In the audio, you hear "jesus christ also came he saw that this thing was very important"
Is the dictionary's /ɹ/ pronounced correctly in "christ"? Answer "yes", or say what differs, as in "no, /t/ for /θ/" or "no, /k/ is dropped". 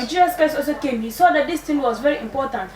no, /ɹ/ is dropped